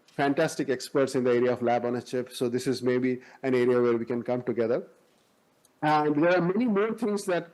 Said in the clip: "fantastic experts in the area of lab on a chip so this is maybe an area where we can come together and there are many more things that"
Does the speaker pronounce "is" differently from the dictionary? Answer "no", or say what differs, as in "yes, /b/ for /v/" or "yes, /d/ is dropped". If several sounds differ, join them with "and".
no